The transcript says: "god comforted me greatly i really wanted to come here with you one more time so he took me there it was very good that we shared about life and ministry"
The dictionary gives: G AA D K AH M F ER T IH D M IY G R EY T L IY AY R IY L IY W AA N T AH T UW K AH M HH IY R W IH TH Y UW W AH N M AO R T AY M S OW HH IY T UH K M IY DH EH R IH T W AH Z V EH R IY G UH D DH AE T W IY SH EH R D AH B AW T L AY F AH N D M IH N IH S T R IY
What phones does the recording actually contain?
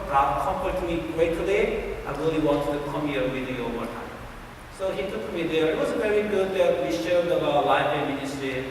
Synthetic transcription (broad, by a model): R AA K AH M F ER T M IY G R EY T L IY AY R IY L IY W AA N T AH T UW K AH M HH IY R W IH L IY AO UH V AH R T AY M S OW HH IY T UH K M IY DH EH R IH T W AH Z V EH R IY G UH D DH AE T W IY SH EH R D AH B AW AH L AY AH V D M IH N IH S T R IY